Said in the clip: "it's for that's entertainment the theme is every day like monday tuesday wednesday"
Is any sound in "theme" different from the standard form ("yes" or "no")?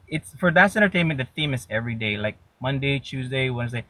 no